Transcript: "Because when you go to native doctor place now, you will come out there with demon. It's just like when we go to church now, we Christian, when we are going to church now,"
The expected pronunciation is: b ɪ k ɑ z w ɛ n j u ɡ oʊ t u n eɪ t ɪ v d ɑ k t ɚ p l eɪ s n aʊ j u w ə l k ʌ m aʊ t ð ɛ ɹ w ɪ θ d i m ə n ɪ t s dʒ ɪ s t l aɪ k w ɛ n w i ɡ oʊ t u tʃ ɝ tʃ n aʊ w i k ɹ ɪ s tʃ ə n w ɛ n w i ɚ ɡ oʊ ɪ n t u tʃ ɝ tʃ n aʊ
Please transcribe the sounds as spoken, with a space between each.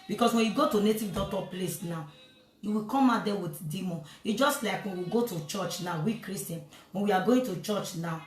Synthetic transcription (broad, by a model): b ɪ k ɑ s w ɛ n j u ɡ oʊ t u n eɪ t ɪ v d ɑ t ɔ p l eɪ s n aʊ j u w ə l k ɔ m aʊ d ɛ w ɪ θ d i m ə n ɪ dʒ ɪ s t l aɪ k w ɛ n w i ɡ oʊ t u tʃ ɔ tʃ n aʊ w i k ɹ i s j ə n w ɛ n w i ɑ ɡ oʊ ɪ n t u tʃ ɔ tʃ n aʊ